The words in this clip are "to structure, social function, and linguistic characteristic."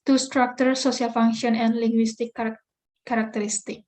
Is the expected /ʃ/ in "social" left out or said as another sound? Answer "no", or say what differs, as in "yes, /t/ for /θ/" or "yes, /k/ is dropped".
yes, /s/ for /ʃ/